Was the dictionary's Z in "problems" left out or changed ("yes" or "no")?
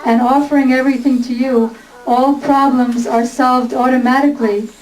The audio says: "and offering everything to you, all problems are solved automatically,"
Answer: no